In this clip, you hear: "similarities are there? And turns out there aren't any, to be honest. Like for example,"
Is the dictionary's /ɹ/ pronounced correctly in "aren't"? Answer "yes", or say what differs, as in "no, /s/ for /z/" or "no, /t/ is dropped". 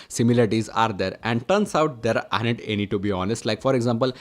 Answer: no, /ɹ/ is dropped